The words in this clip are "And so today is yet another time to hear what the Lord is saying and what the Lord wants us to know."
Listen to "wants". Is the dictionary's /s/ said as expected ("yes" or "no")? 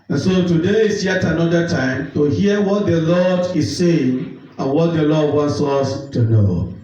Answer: yes